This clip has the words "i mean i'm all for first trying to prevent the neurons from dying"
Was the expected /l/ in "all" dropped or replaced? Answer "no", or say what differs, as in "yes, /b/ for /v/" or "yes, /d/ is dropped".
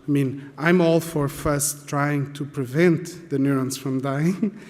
no